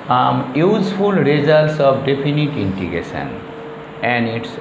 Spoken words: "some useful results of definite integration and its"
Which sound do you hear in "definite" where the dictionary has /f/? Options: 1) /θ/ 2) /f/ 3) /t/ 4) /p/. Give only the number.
4